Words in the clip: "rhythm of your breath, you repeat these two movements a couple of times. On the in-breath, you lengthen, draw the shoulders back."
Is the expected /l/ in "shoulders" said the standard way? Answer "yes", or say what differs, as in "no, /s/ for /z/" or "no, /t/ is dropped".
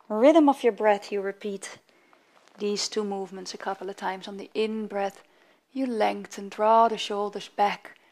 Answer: yes